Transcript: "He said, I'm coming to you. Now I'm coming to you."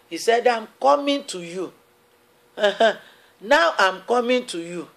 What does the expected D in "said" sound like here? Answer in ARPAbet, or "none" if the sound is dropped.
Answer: D